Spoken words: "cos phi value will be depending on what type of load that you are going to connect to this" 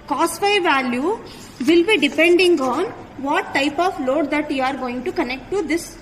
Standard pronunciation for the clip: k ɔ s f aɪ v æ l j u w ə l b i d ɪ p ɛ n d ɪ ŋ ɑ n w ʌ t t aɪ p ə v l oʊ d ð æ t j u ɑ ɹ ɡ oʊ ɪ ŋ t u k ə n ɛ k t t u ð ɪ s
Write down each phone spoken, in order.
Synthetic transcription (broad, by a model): k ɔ s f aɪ v æ l j u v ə l b i d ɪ p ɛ n d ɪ ŋ ɑ n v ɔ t t aɪ p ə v l oʊ d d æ t j u ɑ ɹ ɡ oʊ ɪ ŋ t u k ə n ɛ k t t u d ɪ s